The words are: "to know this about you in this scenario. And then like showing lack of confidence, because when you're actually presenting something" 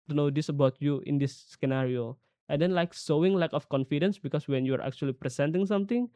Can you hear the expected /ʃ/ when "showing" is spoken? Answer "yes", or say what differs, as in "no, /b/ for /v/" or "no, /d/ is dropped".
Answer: no, /s/ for /ʃ/